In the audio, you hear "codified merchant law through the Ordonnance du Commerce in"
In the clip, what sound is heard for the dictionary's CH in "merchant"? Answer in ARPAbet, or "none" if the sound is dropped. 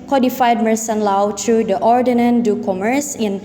S